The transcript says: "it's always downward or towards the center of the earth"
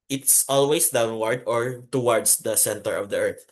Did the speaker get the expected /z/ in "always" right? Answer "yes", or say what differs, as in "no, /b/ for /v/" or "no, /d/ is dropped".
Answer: no, /s/ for /z/